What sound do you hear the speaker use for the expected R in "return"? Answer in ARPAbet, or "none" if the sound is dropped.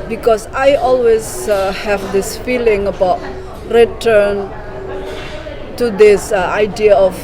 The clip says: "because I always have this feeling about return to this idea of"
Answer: R